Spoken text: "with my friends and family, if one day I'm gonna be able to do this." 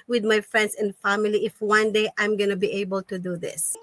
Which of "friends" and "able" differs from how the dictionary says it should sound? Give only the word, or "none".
friends